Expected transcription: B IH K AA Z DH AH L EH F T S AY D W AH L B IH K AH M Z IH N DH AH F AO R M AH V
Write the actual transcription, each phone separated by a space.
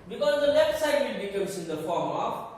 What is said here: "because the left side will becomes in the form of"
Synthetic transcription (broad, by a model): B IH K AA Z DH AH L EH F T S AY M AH N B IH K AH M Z IH N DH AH F AO R M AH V